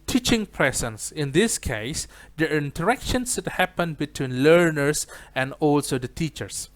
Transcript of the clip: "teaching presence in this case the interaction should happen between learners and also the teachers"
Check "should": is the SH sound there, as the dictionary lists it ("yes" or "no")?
no